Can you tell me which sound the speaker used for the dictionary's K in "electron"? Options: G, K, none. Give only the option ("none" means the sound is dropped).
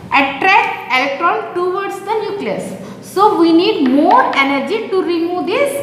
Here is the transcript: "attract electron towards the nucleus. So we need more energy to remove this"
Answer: K